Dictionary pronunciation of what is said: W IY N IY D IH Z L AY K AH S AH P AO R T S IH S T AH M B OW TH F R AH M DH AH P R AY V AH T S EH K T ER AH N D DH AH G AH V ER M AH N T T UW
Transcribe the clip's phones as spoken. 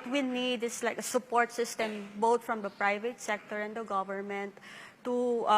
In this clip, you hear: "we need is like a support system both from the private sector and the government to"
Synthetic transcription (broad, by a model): W IY N IY D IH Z L AY K AH S AH P AO R T S IH S T AH M B OW T F R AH M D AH P R AY V AH T S EH K T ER AH N D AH G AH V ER M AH N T T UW